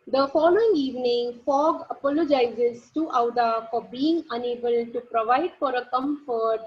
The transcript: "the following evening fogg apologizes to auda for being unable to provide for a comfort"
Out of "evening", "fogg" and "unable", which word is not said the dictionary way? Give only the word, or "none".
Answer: none